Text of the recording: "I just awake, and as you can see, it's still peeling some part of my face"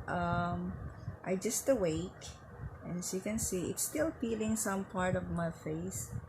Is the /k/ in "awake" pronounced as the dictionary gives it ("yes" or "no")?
no